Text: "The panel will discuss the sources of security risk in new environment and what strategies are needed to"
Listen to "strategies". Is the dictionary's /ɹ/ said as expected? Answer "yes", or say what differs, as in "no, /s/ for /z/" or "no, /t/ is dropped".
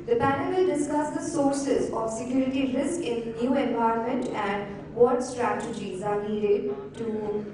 yes